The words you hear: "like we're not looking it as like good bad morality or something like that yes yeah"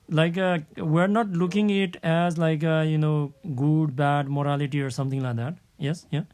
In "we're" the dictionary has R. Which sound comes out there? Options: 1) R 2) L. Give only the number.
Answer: 1